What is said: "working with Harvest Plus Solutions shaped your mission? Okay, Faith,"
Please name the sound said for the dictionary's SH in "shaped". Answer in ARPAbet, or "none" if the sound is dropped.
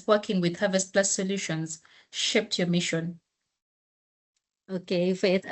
SH